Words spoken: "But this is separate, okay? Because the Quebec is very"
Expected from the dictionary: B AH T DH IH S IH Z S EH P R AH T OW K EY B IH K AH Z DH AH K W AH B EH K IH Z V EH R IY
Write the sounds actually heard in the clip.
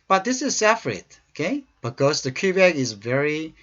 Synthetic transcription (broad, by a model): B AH T DH IH S IH Z S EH F R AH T OW K EY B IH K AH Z DH AH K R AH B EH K IH Z V EH R IY